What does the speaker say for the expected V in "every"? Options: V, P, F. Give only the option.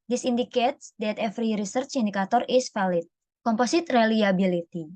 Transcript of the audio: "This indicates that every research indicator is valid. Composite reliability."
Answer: F